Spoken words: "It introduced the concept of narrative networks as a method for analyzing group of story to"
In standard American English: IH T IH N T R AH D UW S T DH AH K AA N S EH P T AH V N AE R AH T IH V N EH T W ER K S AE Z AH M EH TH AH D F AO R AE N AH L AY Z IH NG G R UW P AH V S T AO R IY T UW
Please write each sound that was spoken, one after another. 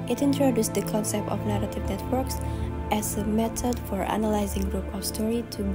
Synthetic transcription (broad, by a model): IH T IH N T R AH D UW S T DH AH K AA N S EH P T AH V N AE R AH T IH V N EH T W ER K S AE Z AH M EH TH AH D F AO R AE N AH L AY Z IH NG G R UW P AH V S T AO R IY T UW